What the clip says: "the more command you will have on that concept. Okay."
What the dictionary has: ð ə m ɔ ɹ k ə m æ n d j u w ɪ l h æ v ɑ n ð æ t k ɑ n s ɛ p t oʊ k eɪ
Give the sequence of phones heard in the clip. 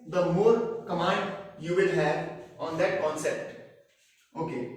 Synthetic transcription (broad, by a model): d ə m ɔ ɹ k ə m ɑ n d j u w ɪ l h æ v ɑ n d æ t k ɑ n s ɛ p t oʊ k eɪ